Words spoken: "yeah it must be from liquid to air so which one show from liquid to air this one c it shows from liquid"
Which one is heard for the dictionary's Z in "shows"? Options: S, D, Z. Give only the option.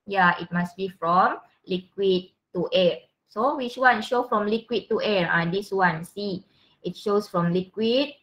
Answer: S